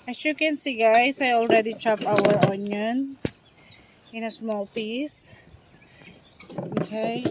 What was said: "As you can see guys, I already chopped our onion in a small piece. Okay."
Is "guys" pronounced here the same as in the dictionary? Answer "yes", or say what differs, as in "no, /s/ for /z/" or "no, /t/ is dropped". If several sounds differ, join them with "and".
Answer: no, /s/ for /z/